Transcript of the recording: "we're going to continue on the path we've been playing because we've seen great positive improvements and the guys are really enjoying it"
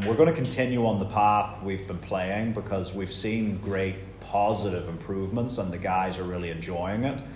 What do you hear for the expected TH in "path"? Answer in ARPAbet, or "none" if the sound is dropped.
TH